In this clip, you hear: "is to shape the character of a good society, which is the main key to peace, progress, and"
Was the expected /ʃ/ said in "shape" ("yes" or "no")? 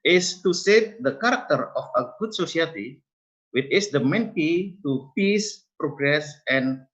no